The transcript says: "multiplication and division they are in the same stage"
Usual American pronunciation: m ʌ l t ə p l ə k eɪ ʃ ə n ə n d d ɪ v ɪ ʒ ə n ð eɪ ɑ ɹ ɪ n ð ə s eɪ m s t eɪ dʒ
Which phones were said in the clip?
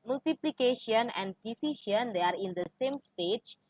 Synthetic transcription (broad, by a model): m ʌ l t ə p l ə k eɪ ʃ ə n ə n d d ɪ f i ʃ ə n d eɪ ɑ ɹ ɪ n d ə s eɪ m s t eɪ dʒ